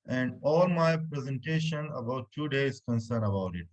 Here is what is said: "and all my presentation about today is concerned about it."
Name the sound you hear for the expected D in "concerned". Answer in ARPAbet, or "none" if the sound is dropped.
none